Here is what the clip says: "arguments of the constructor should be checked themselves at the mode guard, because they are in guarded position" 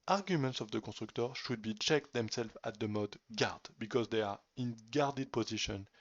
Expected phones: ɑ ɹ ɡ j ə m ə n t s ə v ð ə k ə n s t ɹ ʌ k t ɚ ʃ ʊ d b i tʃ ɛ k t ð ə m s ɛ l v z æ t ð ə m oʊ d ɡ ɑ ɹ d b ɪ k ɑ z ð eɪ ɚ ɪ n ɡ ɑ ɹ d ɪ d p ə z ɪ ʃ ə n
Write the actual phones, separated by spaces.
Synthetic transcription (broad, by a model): ɑ ɹ ɡ j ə m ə n t s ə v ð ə k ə s t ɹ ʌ k t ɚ ʃ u d b i tʃ ɛ k t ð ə m s ɛ l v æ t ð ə m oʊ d ɡ ɑ ɹ d b ɪ k ɑ z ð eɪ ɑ ɪ n ɡ ɑ ɹ d ɪ d p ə z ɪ ʃ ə n